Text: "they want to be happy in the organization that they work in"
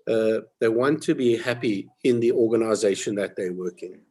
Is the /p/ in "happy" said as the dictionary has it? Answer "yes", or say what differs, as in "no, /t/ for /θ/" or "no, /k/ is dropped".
yes